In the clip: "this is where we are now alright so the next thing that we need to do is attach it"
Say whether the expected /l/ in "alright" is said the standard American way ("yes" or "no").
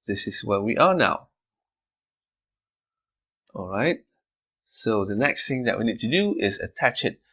yes